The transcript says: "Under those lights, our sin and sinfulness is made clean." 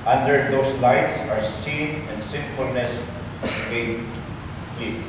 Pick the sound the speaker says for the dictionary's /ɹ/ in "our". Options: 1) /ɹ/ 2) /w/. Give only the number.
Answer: 1